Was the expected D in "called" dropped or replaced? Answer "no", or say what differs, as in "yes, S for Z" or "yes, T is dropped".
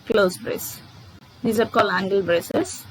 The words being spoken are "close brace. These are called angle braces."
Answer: yes, D is dropped